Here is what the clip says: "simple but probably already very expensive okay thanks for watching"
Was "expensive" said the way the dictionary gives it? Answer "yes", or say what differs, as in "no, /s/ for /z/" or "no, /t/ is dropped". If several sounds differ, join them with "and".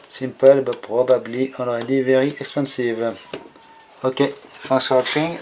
no, /n/ is dropped